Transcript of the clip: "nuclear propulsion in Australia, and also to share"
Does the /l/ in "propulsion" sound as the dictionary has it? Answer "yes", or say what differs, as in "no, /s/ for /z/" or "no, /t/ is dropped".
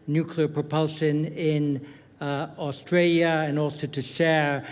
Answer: yes